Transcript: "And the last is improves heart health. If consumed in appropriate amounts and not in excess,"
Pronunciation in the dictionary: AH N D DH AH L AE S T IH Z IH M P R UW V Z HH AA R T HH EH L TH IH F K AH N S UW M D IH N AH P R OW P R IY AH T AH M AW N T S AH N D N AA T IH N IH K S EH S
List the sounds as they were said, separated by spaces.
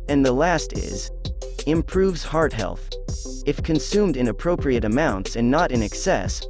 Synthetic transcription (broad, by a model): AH N DH AH L AE S T IH Z IH M P R UW V Z HH AA R T HH EH L TH IH F K AH N S UW M D IH N AH P R OW P R IY AH T AH M AW N T S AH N N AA T IH N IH K S EH S